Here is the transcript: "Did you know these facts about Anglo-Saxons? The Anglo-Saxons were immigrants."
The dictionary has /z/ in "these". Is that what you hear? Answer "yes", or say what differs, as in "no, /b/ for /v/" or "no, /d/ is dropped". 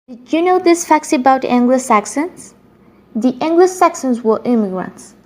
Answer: no, /s/ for /z/